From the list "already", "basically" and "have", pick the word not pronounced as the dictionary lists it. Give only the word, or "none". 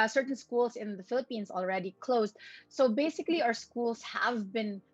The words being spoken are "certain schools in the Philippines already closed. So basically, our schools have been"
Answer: none